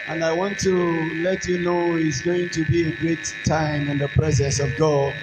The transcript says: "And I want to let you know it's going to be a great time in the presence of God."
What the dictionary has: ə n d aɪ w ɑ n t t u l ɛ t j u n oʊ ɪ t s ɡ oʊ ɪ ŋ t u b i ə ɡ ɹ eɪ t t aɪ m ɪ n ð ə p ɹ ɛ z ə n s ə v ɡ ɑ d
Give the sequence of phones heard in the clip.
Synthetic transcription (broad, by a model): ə n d aɪ w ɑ n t t u l ɛ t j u n oʊ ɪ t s ɡ oʊ ɪ ŋ t u b i ə ɡ ɹ eɪ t t aɪ m ɪ n ð ə p ɹ ɛ z ə n s ə v ɡ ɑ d